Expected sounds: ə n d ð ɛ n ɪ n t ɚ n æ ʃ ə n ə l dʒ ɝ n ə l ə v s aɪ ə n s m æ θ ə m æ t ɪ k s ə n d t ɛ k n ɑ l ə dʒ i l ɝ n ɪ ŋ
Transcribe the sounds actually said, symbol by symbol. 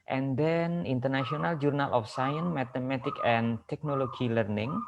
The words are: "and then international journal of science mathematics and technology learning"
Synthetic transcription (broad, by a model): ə n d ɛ n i n t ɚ n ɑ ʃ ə n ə l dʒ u n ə l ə f s aɪ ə n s m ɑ t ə m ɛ t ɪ k ə n t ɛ k n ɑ l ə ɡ i l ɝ n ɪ ŋ